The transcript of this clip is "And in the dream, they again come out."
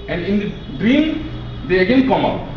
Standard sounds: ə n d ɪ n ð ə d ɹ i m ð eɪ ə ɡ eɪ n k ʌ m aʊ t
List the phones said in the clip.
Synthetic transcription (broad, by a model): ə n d ɪ n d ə d ɹ i m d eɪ ə ɡ eɪ n k ʌ m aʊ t